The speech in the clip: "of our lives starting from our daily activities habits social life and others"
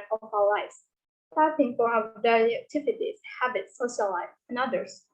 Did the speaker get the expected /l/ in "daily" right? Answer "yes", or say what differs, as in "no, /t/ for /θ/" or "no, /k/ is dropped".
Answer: no, /l/ is dropped